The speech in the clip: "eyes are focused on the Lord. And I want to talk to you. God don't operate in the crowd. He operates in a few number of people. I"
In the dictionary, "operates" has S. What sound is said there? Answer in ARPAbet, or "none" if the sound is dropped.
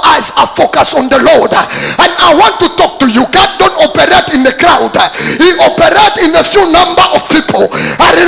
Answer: none